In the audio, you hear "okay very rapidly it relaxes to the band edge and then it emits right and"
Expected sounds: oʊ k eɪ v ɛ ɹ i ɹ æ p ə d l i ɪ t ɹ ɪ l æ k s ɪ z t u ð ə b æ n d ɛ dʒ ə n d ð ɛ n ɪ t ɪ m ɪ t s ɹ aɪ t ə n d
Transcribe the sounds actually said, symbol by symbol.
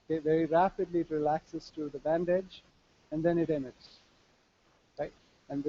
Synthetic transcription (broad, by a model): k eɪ v ɛ ɹ i ɹ æ p ə d l i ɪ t ɹ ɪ l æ k s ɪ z t u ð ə b æ n d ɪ dʒ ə n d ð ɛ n ɪ t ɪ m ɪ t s ɹ aɪ t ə n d